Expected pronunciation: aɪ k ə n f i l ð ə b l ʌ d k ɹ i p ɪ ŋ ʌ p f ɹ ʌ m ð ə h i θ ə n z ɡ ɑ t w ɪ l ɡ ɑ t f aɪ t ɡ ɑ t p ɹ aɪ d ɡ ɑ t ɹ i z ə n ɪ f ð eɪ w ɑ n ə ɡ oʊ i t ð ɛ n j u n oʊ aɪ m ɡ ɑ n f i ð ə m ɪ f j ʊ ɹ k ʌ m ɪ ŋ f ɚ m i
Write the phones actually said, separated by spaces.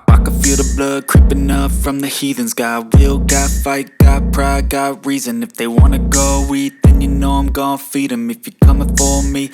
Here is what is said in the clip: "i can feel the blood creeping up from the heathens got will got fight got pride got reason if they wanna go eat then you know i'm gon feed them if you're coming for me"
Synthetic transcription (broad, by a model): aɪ k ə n f i l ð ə b l ʌ d k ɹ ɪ p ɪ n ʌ f ɹ ʌ m ð ə h i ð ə n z ɡ ɑ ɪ w ɪ l ɡ ɑ t f aɪ t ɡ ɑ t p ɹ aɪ ɡ ɑ t ɹ i z ə n ɪ f ð eɪ w ɑ n ə ɡ oʊ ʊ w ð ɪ n j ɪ n oʊ aɪ m ɡ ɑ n f i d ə m ɪ f j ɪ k ʌ m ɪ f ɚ m i